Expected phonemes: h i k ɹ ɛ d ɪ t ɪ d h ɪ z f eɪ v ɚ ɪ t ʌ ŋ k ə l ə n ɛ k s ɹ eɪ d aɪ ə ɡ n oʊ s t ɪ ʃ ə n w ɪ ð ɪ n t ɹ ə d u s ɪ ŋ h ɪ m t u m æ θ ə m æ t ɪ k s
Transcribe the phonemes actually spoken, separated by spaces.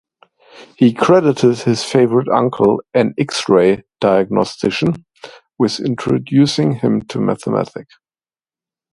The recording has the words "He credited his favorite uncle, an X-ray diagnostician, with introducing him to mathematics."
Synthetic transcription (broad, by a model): h i k ɹ ɛ d ɪ t ɪ d h ɪ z f eɪ v ɚ ɪ t ʌ ŋ k ə l ə n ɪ k s ɹ eɪ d aɪ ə ɡ n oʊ s t ɪ ʃ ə n w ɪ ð ɪ n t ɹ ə d u s ɪ ŋ h ɪ m t u m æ θ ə m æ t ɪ k